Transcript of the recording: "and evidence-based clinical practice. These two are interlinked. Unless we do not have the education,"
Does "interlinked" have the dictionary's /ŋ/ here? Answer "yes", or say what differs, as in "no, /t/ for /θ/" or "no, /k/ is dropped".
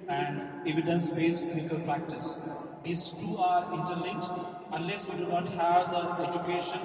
no, /ŋ/ is dropped